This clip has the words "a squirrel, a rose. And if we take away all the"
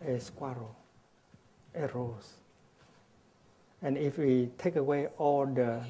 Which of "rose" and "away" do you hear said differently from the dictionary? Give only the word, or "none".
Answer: rose